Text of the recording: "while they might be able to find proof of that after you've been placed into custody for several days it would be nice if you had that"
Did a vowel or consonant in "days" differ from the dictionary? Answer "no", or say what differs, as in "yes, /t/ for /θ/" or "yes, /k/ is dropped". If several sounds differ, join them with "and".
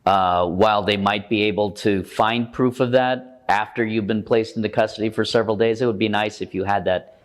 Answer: no